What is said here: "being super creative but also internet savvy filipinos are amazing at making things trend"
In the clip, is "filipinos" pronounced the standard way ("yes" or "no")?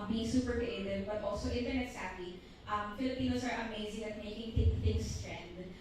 no